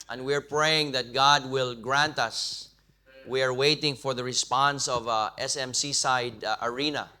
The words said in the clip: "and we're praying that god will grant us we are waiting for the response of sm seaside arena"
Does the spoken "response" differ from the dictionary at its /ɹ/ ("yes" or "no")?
no